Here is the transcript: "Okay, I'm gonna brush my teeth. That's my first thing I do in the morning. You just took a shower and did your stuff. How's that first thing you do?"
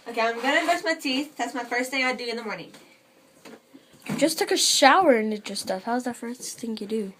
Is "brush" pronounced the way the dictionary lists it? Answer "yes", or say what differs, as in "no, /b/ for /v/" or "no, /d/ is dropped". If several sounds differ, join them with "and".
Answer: no, /ɹ/ is dropped and /s/ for /ʃ/